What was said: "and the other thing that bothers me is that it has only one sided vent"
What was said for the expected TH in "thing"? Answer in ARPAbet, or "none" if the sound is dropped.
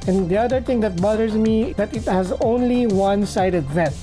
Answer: T